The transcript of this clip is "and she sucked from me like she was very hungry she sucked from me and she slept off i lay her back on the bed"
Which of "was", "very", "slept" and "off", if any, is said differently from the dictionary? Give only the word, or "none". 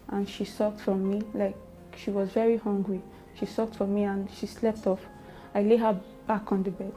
none